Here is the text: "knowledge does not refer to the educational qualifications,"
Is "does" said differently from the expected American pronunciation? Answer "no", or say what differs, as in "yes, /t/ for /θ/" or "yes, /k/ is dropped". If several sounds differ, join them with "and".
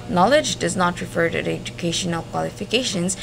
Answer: no